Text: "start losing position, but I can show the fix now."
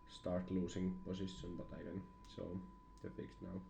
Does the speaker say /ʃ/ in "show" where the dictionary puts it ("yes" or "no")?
no